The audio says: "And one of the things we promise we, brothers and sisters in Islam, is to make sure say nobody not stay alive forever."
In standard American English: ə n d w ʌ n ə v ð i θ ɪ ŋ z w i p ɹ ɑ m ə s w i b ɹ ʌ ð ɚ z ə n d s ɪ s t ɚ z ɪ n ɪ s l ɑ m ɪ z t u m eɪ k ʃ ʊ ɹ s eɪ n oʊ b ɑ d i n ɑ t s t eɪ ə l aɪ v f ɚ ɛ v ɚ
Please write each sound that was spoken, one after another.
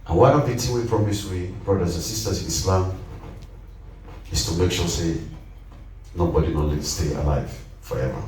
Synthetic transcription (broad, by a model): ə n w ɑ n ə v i t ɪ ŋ w i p ɹ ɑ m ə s w i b ɹ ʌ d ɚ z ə n s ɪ s t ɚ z ɪ n ɪ s l ɑ m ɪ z t u m eɪ k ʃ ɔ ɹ s eɪ n oʊ b ɑ d i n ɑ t s t eɪ ə l aɪ v f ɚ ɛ v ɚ